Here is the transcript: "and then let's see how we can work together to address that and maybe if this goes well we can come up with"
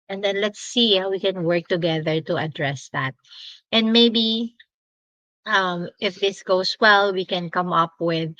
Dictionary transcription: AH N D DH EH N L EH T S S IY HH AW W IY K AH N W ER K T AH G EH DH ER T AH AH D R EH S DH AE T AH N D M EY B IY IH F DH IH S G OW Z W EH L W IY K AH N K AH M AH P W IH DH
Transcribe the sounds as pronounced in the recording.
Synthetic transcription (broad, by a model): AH N D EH N L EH T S S IY HH AW W IY K AH N W ER K T AH G EH DH ER T AH AH D R EH S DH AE T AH N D M EY B IY IH F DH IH S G OW S W EH L W IY K AH N K AH M AH P W IH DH